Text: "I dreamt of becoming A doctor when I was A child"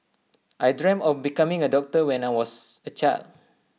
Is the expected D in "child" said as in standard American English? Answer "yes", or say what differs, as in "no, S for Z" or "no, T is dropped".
no, D is dropped